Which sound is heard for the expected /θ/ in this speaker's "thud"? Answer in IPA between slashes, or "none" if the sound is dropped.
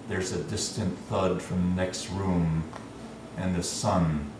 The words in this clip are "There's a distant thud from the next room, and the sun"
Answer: /θ/